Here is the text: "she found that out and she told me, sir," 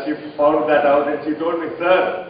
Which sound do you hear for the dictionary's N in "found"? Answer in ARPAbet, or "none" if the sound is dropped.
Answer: L